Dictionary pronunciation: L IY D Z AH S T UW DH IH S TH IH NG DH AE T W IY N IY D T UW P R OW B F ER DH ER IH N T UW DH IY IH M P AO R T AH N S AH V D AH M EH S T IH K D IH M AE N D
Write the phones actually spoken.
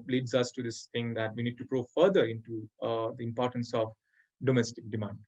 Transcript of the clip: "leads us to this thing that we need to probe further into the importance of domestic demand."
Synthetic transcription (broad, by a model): L IY D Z AH S T UW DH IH S T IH NG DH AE T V IY N IY D T UW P R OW F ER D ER IH N T UW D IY IH M P AO R T AH N S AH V D AH M EH S T IH K D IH M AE N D